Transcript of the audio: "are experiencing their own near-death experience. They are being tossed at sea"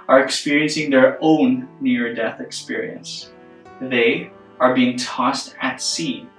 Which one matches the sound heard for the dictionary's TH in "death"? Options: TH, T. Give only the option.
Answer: TH